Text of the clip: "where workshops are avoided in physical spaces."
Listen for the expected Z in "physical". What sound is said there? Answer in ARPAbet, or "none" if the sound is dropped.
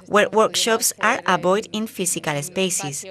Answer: S